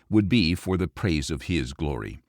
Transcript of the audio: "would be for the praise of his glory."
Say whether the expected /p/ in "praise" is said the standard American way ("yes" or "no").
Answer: yes